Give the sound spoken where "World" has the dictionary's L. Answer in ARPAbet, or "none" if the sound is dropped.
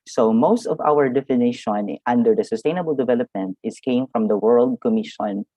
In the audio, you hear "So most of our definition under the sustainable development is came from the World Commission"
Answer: L